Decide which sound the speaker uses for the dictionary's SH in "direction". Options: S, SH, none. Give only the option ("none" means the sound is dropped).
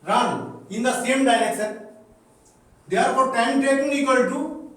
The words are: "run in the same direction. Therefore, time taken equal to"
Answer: S